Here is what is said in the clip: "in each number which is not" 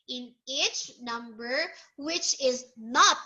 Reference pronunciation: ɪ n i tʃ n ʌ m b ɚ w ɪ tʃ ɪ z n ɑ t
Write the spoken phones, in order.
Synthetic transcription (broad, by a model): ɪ n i tʃ n ʌ m b ɚ w ɪ tʃ ɪ z n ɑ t